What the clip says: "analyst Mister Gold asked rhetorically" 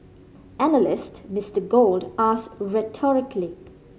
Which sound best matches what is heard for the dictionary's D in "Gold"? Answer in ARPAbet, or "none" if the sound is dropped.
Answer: D